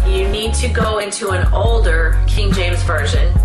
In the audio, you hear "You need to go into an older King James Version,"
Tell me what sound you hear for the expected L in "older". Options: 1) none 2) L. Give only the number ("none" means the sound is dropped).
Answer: 2